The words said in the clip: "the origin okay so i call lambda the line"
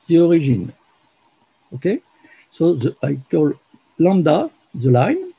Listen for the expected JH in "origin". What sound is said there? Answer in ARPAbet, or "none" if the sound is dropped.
ZH